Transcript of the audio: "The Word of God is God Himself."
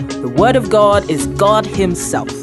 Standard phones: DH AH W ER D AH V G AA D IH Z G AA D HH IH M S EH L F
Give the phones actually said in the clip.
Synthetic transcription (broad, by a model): DH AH W ER D AH V G AA D IH Z G AA D HH IH M S EH L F